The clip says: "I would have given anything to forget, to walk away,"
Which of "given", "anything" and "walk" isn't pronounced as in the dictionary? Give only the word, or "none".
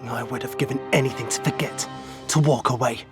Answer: none